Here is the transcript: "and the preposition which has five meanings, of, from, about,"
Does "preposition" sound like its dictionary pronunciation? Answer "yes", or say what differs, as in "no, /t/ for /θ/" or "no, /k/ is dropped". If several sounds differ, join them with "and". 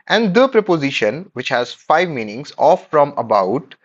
yes